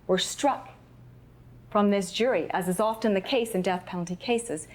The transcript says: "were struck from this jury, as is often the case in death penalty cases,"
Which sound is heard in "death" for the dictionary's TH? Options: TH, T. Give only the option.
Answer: TH